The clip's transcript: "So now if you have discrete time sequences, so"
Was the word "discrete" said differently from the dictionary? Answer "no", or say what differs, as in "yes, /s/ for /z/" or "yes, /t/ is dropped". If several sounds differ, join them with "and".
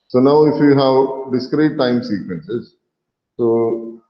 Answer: no